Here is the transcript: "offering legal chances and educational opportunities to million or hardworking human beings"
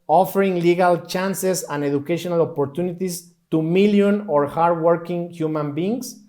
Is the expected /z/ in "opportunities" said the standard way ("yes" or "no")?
no